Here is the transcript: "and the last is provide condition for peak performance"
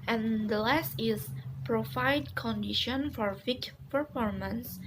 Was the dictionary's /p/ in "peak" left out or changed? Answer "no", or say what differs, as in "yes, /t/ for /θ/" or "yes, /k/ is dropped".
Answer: yes, /f/ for /p/